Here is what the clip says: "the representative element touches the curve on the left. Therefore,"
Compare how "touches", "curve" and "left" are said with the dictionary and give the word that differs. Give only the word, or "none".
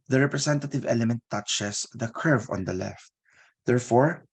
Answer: touches